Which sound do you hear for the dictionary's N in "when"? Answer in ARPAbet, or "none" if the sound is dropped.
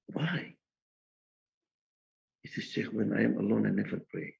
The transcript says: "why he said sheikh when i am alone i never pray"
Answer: N